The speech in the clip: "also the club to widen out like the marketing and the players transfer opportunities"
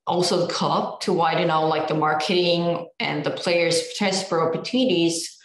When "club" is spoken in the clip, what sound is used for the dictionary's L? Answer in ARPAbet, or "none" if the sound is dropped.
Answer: none